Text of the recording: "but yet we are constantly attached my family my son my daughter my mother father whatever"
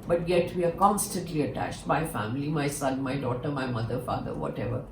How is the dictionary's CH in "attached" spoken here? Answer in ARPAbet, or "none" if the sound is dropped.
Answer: CH